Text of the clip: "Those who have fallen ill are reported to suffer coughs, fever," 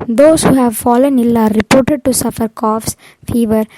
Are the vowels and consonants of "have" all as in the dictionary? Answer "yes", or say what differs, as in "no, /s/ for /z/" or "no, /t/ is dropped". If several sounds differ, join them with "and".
yes